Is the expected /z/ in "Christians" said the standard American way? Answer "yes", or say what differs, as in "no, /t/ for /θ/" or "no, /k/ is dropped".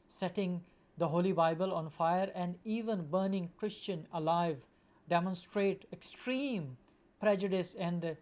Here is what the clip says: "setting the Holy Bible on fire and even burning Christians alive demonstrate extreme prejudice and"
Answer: no, /z/ is dropped